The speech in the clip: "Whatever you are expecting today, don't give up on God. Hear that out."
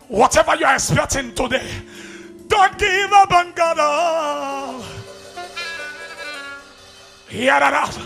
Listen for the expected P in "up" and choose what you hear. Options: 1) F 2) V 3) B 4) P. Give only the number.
3